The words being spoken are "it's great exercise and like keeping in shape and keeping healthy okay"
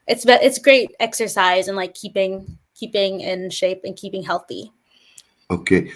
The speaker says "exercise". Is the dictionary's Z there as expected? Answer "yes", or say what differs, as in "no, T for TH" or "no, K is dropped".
yes